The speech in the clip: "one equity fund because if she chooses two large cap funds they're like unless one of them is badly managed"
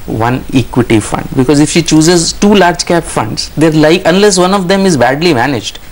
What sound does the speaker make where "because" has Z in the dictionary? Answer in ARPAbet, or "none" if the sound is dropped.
Z